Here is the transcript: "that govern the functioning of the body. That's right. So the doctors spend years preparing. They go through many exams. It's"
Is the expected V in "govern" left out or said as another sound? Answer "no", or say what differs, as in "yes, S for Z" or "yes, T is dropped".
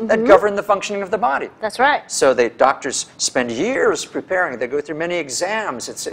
no